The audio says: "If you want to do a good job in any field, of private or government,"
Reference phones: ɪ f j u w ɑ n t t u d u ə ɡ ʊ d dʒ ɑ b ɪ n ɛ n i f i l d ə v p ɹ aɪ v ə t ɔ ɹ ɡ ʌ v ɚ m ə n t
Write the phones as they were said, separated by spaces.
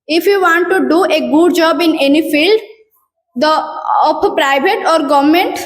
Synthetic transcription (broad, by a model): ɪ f j u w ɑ n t t u d u ə ɡ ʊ d dʒ ɑ b ɪ n ɛ n i f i l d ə p p ɹ aɪ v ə t ɔ ɹ ɡ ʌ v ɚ m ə n t